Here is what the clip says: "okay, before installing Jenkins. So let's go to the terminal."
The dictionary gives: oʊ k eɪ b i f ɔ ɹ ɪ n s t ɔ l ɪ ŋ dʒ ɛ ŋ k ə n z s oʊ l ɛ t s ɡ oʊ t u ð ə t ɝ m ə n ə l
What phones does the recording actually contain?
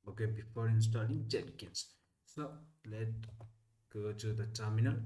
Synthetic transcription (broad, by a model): oʊ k eɪ b i f ɔ ɹ ɪ n s t ɔ l ɪ ŋ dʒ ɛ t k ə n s s oʊ l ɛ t ɡ oʊ t u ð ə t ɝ m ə n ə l